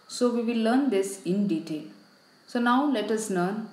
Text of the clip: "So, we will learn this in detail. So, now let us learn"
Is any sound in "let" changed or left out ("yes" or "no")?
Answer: no